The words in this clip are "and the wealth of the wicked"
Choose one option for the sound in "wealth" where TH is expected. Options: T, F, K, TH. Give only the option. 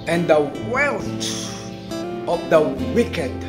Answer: T